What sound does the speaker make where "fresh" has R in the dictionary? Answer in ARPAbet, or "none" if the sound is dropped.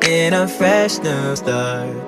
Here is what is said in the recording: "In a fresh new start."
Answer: R